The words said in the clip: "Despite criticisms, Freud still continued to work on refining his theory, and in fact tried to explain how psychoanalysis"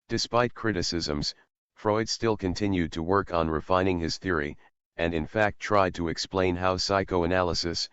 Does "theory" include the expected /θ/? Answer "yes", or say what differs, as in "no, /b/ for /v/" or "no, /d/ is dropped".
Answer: yes